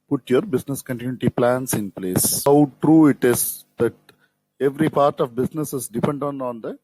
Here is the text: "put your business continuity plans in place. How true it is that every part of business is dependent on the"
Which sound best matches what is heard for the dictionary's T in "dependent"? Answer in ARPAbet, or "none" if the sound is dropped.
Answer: none